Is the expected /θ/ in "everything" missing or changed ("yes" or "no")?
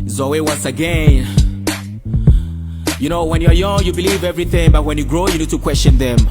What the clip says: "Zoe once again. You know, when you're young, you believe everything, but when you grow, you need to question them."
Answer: no